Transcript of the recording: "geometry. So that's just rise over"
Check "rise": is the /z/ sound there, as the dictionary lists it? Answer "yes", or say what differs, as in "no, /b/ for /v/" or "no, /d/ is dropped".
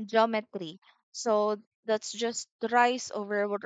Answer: no, /s/ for /z/